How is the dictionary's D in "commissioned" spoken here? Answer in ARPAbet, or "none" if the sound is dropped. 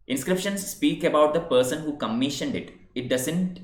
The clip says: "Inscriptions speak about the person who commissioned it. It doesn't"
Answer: D